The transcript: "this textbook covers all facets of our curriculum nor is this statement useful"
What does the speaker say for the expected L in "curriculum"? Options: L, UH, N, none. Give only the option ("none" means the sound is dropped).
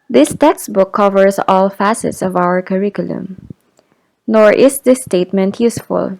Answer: L